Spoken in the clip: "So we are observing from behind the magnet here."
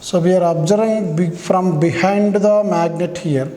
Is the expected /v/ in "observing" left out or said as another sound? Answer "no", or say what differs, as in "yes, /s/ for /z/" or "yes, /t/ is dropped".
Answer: yes, /v/ is dropped